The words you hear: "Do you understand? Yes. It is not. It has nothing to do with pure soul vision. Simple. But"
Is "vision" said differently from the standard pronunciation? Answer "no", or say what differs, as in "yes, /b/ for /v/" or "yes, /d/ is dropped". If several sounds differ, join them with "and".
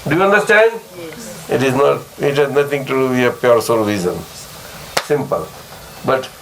yes, /z/ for /ʒ/